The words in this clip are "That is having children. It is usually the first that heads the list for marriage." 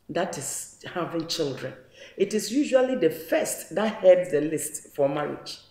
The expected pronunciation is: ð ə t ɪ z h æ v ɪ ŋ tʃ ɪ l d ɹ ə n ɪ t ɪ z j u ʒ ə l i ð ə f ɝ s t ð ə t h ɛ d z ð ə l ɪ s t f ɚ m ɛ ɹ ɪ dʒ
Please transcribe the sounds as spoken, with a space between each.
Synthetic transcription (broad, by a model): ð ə t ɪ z h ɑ v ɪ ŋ tʃ ɪ l d ɹ ə n ɪ t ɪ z j u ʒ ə l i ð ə f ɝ s t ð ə t h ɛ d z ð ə l ɪ s t f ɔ m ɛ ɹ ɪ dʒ